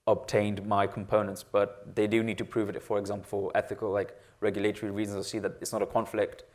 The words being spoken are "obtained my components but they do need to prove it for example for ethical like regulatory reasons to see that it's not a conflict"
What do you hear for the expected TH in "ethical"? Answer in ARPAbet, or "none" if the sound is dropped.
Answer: TH